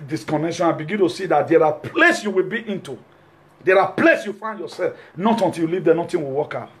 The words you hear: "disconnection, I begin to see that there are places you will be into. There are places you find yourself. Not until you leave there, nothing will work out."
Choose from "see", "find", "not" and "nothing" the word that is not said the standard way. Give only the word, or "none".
nothing